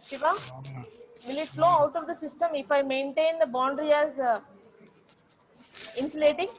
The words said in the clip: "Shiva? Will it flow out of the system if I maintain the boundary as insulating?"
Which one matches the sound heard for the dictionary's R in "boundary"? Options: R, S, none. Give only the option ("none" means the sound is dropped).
R